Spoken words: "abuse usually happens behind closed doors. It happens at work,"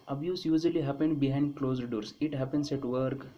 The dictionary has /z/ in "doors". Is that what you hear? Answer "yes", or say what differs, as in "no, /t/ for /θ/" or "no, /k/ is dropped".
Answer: no, /s/ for /z/